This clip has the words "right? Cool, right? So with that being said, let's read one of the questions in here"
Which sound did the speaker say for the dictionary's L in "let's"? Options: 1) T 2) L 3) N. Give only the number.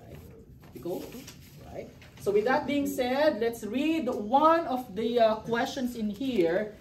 2